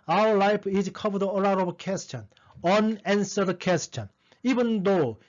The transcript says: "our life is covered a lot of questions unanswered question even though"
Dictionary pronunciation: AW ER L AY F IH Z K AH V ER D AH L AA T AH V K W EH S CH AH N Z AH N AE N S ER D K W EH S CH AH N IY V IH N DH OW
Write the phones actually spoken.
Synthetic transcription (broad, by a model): AW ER L AY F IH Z K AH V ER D AH L AA T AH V K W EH S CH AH N AH N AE N S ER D K W EH S CH AH N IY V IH N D OW